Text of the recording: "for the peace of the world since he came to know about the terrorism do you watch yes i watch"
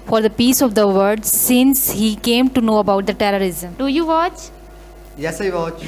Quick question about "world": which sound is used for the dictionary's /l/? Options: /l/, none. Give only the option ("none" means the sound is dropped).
none